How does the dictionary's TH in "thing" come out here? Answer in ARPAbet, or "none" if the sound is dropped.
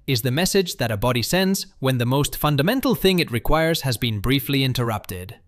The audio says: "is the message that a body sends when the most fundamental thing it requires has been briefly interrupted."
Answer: TH